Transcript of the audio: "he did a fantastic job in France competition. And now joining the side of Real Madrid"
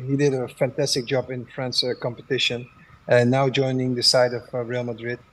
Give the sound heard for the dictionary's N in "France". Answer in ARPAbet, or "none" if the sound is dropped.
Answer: N